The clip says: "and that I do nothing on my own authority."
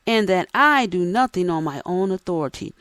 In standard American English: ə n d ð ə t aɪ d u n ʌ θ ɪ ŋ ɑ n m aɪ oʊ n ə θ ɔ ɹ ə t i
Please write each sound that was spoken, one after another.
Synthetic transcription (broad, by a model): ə n ð ə t aɪ d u n ʌ θ ɪ ŋ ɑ n m aɪ oʊ n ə θ ɔ ɹ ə t i